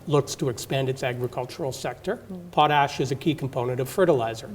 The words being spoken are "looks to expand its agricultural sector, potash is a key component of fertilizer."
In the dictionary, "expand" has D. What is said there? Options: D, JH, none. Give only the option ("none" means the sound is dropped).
D